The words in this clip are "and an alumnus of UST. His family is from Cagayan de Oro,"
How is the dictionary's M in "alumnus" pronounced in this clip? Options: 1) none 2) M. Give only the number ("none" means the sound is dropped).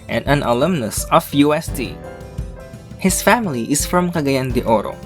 2